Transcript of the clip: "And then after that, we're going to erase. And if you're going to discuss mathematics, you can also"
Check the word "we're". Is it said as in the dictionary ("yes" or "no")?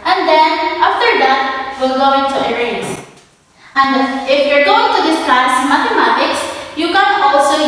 no